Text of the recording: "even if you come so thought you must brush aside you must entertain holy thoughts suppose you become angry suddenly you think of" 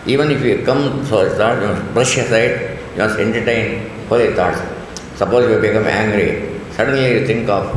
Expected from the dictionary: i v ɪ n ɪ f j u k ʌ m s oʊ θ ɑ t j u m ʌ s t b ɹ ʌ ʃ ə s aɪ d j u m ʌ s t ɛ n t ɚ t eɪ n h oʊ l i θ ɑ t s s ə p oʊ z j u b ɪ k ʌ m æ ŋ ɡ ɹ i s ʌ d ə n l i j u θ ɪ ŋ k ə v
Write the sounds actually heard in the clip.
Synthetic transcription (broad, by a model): i v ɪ n ɪ f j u k ʌ m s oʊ t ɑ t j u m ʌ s b ɹ ʌ ʃ ə s aɪ d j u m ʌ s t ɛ n t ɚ t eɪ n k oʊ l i t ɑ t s s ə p oʊ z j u b ɪ k ʌ m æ ŋ ɡ ɹ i s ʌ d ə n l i j u t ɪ ŋ k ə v